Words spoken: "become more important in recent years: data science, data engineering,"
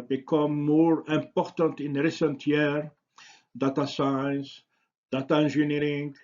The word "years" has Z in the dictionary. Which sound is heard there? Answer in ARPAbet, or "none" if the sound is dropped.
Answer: none